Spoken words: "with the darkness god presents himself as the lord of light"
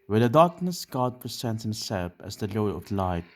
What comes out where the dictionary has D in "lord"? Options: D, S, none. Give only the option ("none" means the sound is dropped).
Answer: none